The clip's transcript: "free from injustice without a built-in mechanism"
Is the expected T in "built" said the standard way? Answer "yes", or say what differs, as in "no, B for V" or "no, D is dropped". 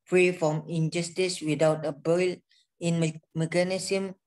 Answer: no, T is dropped